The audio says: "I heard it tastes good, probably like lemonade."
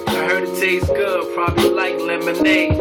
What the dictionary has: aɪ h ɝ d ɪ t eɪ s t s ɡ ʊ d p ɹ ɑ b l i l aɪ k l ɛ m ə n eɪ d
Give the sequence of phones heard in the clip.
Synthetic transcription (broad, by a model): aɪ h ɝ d ɪ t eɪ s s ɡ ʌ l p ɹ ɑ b i l aɪ k l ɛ m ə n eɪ